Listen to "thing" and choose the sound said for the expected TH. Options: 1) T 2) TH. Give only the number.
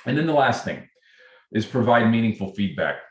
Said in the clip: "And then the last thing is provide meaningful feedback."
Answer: 2